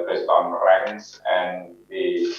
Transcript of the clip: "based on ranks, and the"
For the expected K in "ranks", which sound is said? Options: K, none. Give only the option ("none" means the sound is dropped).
none